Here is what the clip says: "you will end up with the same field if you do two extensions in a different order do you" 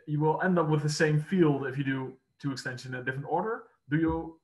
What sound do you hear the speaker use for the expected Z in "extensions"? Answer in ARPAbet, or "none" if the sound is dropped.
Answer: none